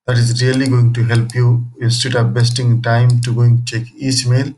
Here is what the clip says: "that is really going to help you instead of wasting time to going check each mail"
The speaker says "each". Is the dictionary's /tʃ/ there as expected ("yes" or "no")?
no